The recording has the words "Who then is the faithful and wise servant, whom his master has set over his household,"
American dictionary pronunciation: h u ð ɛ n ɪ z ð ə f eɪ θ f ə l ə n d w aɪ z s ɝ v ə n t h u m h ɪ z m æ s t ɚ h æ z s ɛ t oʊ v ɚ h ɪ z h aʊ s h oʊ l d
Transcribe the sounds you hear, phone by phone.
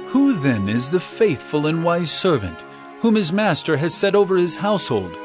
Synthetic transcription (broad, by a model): h u ð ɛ n ɪ z ð ə f eɪ θ f ə l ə n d w aɪ z s ɝ v ə n t h u m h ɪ z m æ s t ɚ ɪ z s ɛ t oʊ v ɚ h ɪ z h aʊ s h oʊ l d